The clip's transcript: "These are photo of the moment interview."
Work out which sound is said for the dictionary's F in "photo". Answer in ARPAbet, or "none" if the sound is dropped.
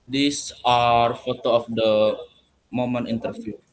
F